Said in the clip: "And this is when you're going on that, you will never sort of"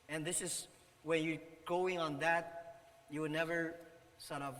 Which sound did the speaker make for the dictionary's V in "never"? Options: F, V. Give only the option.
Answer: V